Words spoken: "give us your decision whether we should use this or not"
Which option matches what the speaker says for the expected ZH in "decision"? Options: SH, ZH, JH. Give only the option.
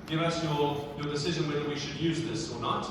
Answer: ZH